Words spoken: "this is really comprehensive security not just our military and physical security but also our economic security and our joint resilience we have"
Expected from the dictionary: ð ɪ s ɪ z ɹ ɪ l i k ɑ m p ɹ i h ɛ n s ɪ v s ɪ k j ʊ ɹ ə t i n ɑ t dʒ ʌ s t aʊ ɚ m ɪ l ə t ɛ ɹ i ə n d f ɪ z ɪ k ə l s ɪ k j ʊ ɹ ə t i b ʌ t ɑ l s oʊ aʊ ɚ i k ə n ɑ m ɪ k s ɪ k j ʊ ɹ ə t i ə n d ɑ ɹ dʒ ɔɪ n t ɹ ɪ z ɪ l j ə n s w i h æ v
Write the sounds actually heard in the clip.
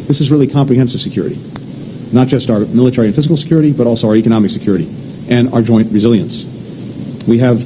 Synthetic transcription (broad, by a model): ð ɪ s ɪ z ɹ ɪ l i k ɑ m p ɹ i h ɛ n s ɪ v s ɪ k j ʊ ɹ ə t i n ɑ t dʒ ʌ s t aʊ ɚ m ɪ l ə t ɛ ɹ i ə n f ɪ z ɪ k l s ɪ k j ʊ ɹ ə t i b ʌ t ɑ l s oʊ aʊ ɚ i k ə n ɑ m ɪ k s ɪ k j ʊ ɹ ə t i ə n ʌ ɹ dʒ ɔɪ n t ɹ ɪ z ɪ l j ə n s w i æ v